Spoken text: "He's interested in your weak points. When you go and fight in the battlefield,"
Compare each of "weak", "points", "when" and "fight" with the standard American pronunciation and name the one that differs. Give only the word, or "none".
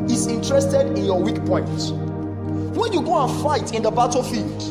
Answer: points